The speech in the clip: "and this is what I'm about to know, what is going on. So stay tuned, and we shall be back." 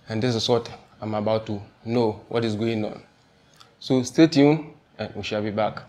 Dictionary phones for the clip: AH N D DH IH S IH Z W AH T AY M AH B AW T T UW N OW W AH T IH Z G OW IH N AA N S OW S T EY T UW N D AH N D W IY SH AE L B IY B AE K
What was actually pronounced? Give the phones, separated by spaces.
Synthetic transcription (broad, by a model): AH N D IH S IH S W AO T AY M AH B AW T T UW N OW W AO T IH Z G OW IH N AA N S OW S T EY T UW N AH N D W IY SH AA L B IY B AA K